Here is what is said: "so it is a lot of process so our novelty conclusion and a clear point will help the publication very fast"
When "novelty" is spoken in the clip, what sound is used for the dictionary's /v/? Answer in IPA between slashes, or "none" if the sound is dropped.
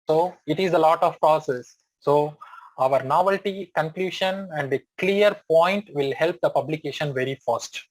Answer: /v/